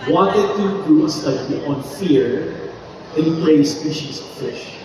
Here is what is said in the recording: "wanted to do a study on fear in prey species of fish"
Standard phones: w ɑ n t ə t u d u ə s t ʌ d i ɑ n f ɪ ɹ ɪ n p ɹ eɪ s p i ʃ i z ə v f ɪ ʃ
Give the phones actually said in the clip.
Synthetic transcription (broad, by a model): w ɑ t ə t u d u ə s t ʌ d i ɑ n f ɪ ɹ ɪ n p l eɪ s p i ʃ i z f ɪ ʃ